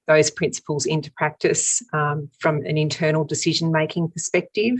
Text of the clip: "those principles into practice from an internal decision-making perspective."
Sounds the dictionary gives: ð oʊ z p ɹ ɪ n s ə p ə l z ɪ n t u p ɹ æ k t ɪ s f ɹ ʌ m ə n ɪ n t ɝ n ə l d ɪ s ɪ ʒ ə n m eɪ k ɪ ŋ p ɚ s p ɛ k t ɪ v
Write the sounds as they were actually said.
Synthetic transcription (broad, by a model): ð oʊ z p ɹ ɪ n s ə p ə l z ɪ n t u p ɹ æ k t ɪ s f ɹ ʌ m ə n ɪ n t ɝ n l d ɪ s ɪ ʒ ə n m eɪ k ɪ ŋ p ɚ s p ɛ k t ɪ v